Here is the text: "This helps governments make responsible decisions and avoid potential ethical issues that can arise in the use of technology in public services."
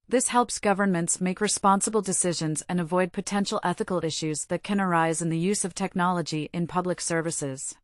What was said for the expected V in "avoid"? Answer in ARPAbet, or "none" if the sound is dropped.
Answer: V